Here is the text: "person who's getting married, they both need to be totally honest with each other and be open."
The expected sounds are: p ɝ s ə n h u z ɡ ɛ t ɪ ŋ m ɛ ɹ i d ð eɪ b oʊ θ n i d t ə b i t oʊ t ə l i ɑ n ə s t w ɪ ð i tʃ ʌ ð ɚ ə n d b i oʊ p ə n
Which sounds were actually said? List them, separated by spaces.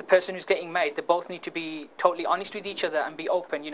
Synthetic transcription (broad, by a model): p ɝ s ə n h u z ɡ ɛ t ɪ ŋ m ɛ i d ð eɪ b oʊ θ n i d t ə b i t oʊ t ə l i ɑ n ə s t w ɪ ð i tʃ ʌ ð ɚ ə n b i oʊ p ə n